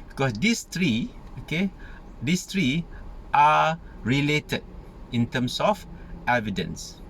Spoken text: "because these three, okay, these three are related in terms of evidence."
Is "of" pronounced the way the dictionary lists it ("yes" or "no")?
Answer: no